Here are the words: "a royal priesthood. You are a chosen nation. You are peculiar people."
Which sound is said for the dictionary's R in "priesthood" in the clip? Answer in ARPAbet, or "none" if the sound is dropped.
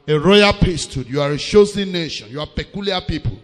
none